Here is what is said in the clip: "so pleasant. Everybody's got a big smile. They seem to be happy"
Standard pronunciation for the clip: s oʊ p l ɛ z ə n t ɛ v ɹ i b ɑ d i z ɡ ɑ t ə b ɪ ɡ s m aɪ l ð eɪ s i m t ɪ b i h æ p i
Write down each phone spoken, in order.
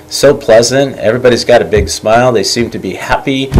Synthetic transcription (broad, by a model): s oʊ p l ɛ z ə n t ɛ v ɹ i b ɑ d i z ɡ ɑ t ə b ɪ ɡ s m aɪ l ð eɪ s i m t ɪ b i h æ p i